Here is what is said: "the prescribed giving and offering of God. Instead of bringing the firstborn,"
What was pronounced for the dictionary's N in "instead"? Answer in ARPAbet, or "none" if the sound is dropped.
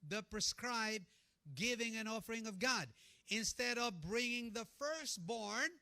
N